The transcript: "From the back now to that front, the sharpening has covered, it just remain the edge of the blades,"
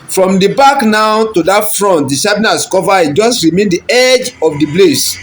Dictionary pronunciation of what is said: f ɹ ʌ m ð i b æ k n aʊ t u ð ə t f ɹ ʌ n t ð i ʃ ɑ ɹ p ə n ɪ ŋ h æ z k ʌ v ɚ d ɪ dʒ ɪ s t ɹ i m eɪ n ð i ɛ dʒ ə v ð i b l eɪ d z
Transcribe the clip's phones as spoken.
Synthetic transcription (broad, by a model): f ɹ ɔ m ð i b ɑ k n aʊ t u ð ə t f ɹ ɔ n t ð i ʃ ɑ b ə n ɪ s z k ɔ v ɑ ɪ dʒ ɪ s t ɹ i m eɪ n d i ɛ dʒ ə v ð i b l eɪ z